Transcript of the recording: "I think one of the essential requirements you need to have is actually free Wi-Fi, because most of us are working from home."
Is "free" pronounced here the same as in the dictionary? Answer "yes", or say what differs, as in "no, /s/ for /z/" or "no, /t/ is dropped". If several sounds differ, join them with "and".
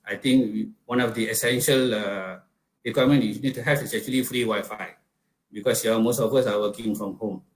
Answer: yes